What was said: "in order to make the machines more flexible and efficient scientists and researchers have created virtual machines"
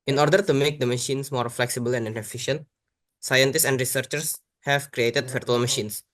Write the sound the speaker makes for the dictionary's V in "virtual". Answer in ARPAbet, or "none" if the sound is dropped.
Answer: F